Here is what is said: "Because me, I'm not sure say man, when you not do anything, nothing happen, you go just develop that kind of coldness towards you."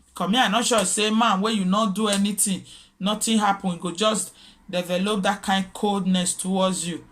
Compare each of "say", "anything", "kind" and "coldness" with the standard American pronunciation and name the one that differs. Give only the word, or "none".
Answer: anything